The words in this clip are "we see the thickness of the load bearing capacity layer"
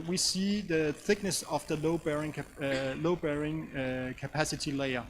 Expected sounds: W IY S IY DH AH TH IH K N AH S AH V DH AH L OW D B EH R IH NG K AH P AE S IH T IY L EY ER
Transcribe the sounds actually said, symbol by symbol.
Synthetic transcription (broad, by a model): W IY S IY DH AH TH IH K N AH S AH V DH AH L OW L B EH R IH NG K AH P AE S IH T IY L EY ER